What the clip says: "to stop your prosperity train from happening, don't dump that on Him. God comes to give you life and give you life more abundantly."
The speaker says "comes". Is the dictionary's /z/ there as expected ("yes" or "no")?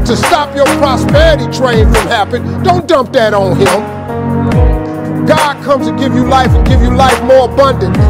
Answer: no